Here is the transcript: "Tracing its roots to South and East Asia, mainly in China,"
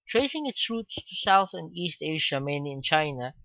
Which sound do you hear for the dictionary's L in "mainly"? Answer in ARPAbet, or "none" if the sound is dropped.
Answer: none